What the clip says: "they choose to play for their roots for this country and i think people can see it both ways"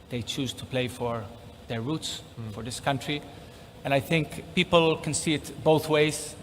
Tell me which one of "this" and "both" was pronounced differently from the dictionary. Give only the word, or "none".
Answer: none